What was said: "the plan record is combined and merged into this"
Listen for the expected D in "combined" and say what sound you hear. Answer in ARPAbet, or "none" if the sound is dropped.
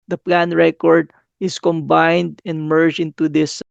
D